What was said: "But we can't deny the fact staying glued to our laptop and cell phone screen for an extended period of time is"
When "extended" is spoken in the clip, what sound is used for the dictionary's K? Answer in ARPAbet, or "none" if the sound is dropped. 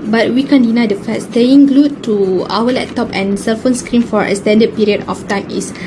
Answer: none